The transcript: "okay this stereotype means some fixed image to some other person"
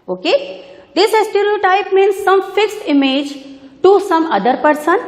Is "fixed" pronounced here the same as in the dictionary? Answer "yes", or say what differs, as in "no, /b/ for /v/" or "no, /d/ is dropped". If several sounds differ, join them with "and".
yes